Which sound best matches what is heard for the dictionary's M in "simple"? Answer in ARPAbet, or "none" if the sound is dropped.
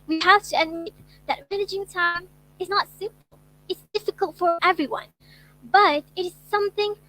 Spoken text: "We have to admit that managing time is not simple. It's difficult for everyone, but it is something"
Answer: none